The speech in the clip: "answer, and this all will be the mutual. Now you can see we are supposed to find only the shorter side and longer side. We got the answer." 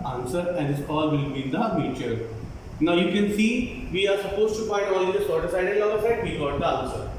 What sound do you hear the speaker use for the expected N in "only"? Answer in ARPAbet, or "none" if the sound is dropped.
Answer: none